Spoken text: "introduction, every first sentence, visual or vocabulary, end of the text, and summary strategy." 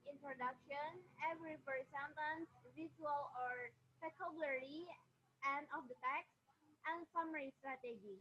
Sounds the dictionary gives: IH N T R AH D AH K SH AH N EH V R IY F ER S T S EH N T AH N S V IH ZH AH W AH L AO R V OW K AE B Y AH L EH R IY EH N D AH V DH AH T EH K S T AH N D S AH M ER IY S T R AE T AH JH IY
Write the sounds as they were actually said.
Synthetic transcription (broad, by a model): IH N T R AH D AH K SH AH N EH V R IY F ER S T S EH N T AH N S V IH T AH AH L AO R P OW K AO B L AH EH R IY EH N D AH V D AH T EH K S T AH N S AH M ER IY S T R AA T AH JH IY